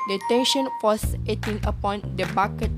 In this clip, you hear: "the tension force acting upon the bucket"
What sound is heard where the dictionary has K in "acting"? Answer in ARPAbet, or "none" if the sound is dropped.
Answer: none